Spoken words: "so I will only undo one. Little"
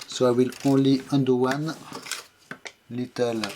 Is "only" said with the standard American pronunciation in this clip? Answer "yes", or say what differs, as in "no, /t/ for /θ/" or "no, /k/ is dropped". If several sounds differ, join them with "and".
no, /n/ is dropped